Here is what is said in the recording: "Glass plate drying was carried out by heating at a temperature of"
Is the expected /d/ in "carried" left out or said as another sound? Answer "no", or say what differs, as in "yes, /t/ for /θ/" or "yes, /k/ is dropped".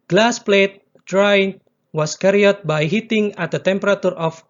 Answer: yes, /d/ is dropped